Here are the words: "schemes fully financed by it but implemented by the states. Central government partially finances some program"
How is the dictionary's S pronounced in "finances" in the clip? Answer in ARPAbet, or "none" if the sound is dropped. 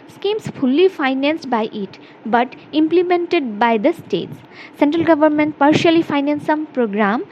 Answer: none